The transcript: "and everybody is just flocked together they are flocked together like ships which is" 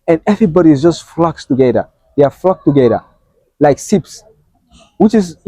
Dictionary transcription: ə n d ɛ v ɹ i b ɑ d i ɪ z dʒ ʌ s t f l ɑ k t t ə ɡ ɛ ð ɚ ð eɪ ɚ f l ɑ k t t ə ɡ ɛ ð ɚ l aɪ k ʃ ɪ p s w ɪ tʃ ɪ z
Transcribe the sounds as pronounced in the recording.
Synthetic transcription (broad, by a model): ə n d ɛ v ɹ i b ɑ d i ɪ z dʒ ʌ s t f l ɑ k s t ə ɡ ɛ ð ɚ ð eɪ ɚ f l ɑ k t t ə ɡ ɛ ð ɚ l aɪ k s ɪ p s w ɪ tʃ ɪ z